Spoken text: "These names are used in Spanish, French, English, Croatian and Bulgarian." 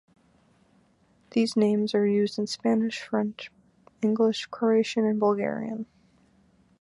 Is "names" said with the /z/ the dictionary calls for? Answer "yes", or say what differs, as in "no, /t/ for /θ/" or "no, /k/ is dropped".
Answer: yes